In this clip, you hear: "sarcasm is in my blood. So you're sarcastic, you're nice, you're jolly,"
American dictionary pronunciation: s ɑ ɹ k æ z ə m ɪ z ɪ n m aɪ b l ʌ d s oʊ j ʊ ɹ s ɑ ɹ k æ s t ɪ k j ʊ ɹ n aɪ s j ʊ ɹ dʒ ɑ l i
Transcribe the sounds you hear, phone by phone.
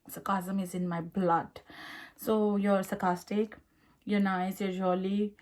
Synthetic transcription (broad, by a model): s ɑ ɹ k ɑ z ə m ɪ z ɪ n m aɪ b l ʌ d s oʊ j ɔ ɹ s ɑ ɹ k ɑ s t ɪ k j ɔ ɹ n aɪ s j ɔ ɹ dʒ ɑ l i